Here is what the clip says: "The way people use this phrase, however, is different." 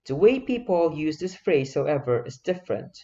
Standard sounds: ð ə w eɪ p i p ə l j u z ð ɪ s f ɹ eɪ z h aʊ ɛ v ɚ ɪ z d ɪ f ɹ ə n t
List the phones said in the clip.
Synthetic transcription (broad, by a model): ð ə w eɪ p i p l j u z ð ɪ s f ɹ eɪ z h aʊ ɛ v ɚ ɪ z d ɪ f ɹ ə n t